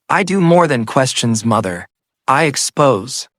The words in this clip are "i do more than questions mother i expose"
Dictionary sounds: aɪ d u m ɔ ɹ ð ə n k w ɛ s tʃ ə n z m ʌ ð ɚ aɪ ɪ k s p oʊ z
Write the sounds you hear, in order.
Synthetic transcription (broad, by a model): aɪ d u m ɔ ɹ ð ə n k w ɛ s tʃ ə n z m ʌ ð ɚ aɪ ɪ k s p oʊ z